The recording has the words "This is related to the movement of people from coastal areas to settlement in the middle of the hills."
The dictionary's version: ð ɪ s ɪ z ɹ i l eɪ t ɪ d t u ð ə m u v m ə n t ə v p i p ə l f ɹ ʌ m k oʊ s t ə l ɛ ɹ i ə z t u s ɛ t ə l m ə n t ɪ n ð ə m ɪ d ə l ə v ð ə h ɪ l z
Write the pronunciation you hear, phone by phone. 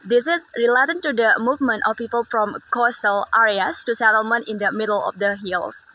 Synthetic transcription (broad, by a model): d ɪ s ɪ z ɹ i l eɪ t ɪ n t u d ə m u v m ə n t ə f p i p ə l f ɹ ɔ m k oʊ s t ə l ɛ ɹ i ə s t u s ɛ t ə l m ə n t ɪ n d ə m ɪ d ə l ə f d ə h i l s